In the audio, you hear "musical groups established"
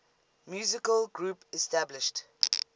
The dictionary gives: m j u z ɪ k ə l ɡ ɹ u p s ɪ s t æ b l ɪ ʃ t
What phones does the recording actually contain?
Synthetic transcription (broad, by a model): m j u z ɪ k ə l ɡ ɹ u p ɪ s t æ b l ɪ ʃ t